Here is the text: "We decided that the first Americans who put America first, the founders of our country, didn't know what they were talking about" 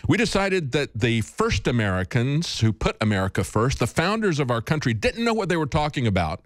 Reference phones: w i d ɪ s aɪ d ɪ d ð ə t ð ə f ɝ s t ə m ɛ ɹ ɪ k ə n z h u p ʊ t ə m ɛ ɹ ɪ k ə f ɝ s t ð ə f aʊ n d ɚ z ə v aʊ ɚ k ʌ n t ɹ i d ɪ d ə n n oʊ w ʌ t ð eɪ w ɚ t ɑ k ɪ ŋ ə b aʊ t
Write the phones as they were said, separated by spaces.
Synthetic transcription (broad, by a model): w i d ɪ s aɪ d ɪ d ð ə t ð ə f ɝ s t ə m ɛ ɹ ɪ k ə n z h u p ʊ t ə m ɛ ɹ ɪ k ə f ɝ s t ð ə f aʊ n d ɚ z ə v aʊ ɚ k ʌ n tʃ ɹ i d ɪ d n n oʊ w ʌ t ð eɪ w ɚ t ɑ k ɪ ŋ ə b aʊ t